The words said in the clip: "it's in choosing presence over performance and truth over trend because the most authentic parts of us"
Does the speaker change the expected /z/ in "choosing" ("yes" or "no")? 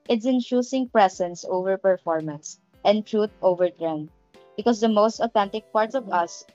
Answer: yes